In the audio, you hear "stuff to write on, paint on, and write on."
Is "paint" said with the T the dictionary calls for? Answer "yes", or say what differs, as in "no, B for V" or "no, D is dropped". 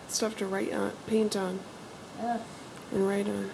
yes